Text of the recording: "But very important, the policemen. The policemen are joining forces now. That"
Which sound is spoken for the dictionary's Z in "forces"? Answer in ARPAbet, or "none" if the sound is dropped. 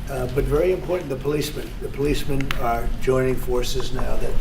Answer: Z